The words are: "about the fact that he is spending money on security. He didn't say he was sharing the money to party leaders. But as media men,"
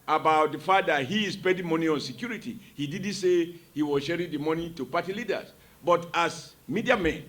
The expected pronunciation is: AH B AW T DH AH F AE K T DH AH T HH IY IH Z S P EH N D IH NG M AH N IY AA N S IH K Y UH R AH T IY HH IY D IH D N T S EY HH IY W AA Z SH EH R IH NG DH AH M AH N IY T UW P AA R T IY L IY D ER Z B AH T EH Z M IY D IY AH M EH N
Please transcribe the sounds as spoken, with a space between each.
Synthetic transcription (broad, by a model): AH B AW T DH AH F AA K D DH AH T HH IY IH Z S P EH D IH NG M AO N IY AA N S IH K Y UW R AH T IY HH IY D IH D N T S EY HH IY W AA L SH EH R IH NG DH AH M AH N IY T UW P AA T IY L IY D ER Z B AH T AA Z M IY D IY AH M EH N